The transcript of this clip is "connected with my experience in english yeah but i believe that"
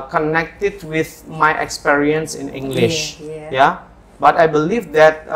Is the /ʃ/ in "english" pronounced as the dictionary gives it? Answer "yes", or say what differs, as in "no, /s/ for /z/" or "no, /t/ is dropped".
yes